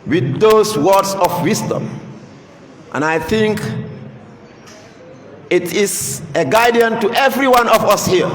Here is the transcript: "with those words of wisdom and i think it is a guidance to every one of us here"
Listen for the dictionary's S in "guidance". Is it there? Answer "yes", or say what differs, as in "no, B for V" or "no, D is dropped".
no, S is dropped